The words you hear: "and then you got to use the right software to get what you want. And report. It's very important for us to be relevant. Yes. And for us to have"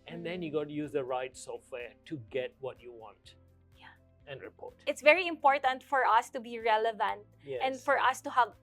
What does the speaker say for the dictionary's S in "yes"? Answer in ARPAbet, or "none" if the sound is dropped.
none